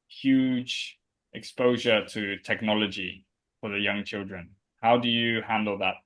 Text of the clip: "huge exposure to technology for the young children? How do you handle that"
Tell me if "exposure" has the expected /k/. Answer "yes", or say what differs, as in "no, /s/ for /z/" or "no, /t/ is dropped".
yes